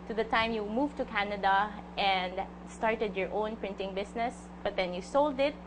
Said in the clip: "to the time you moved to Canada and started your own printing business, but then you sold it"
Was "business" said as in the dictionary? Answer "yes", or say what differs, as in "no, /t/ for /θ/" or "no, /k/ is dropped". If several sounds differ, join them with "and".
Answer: no, /s/ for /z/